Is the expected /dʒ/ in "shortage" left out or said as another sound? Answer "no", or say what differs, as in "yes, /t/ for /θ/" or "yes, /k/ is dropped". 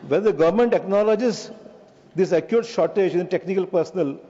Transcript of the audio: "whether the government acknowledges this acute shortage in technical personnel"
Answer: no